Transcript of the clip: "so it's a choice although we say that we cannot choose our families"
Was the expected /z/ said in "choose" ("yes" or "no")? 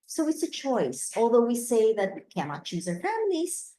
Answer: yes